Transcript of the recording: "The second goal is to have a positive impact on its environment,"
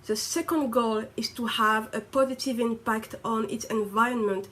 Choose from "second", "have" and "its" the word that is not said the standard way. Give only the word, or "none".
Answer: none